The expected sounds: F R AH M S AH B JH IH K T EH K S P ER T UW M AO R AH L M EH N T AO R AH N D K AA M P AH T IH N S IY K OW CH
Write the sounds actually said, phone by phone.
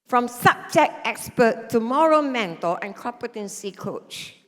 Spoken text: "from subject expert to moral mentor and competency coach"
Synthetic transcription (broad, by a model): F R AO M S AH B JH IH K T EH K S P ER T UW M AO R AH M EH N T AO L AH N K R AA P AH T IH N S IY K OW CH